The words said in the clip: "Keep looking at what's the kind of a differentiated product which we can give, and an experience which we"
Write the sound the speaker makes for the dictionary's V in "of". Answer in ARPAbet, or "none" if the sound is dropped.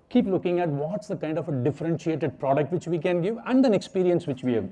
F